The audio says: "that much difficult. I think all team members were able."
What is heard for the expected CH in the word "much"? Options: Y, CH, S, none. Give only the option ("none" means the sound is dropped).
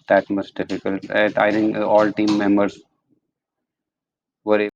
S